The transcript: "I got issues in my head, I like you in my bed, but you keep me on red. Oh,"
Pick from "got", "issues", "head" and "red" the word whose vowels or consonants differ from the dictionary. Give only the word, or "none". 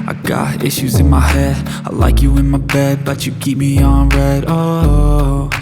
none